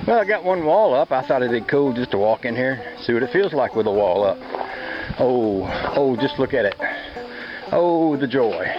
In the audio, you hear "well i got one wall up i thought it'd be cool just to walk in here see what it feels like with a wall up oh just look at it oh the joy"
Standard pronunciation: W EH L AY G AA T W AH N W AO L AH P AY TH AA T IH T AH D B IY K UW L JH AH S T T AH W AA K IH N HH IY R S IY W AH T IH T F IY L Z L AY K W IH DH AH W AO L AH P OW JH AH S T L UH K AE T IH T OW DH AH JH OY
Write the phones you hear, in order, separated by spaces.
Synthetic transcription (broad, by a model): W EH L AY G AA T W AH N W AO L AH P AY TH AA T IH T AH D K UW L JH AH S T T AH W AA K IH N HH IY R S IY W AH T IH T F IY L Z L AY K W IH DH AH W AO L AH P OW JH AH S T L UH K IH T IH T OW DH AH JH OY